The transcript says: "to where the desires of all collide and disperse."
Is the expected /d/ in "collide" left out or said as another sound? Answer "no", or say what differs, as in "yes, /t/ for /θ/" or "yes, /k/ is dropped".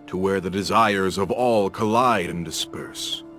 no